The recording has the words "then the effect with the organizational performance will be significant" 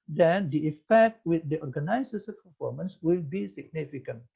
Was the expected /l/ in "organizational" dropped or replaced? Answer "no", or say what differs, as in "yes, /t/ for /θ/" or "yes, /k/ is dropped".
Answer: yes, /n/ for /l/